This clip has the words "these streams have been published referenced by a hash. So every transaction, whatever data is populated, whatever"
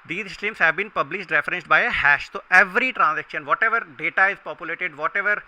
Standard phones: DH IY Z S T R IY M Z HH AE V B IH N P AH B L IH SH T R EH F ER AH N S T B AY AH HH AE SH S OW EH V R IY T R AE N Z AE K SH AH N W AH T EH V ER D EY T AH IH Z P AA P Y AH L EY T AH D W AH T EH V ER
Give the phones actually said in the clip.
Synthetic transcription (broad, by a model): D IY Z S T IY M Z HH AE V B IH N P AH B L IH SH T R EH F ER AH N S T B AY AH HH AE SH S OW EH V R IY T R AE N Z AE K SH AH N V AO T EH V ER D EY T AH IH Z P AA P Y AH L EY T AH D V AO T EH V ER